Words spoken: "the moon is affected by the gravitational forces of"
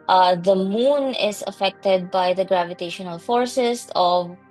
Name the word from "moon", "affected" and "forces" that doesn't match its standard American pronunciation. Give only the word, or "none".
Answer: forces